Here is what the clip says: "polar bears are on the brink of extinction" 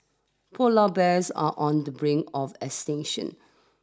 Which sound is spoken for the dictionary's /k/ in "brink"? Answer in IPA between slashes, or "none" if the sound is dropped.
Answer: none